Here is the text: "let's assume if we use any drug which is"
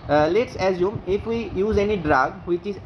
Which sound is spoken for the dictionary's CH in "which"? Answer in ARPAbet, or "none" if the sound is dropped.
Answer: CH